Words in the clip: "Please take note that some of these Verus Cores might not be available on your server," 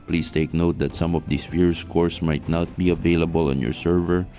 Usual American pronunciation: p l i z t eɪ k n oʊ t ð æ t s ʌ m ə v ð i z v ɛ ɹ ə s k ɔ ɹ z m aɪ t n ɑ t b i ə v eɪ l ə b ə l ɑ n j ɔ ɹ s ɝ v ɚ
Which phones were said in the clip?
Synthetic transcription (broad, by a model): p l i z t eɪ k n oʊ t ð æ t s ʌ m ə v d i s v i ɹ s k ɔ ɹ s m aɪ t n ɑ t b i ə v eɪ l ə b ə l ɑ n j ɔ ɹ s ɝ v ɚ